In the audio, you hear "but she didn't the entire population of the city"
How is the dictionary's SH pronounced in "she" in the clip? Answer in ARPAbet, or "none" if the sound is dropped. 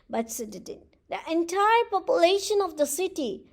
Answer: S